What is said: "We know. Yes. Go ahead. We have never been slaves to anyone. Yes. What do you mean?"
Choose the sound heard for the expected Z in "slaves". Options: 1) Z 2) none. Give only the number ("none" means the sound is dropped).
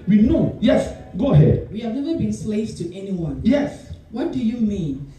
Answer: 2